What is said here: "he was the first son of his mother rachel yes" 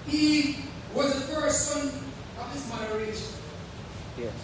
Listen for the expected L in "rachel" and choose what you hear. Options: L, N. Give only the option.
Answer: N